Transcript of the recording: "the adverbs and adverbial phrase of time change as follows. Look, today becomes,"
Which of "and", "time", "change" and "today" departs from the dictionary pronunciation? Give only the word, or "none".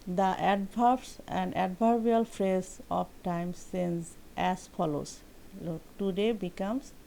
change